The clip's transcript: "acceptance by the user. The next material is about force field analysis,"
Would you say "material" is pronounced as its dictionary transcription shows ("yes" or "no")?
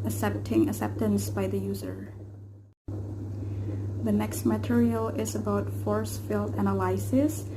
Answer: yes